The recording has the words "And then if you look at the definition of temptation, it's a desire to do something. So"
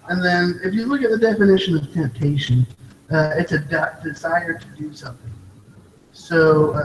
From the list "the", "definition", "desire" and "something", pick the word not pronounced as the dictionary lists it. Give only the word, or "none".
none